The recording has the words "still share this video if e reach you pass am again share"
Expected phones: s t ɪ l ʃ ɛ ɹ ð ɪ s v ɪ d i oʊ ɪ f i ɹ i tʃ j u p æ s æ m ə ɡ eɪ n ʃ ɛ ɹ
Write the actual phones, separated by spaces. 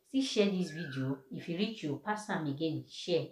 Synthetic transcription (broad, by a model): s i ʃ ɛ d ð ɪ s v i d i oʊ ɪ f i ɹ i tʃ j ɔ p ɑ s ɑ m ə ɡ eɪ n ʃ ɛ